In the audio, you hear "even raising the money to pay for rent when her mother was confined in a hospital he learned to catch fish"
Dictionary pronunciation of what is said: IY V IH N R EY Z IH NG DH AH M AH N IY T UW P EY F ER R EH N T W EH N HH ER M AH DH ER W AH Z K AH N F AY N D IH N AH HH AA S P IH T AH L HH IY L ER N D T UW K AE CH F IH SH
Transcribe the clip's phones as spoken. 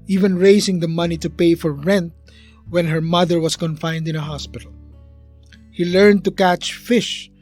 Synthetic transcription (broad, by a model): IY V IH N R EY S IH NG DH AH M AH N IY T UW P EY F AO R EH N T W EH N HH ER M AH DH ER W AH S K AH N F AY N D IH N AH HH AA S P IH T AH L HH IY L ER N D T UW K AE CH F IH SH